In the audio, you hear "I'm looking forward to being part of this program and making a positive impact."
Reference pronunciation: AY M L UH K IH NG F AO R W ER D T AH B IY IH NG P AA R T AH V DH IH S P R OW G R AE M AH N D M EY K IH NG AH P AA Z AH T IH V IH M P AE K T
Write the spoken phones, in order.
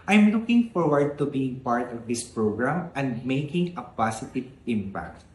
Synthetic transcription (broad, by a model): AY M L UH K IH NG F AO R W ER D T AH B IY IH NG P AA R T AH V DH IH S P R OW G R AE M AH N D M EY K IH NG AH P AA S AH T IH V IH M P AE K T